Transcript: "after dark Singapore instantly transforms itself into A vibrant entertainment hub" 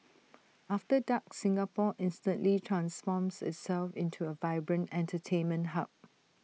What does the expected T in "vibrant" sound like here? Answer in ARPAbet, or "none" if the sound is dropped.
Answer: T